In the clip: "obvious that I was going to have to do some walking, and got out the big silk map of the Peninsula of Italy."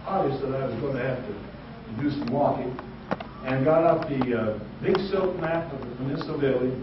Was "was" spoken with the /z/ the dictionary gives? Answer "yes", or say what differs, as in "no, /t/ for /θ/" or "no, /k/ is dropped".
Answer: yes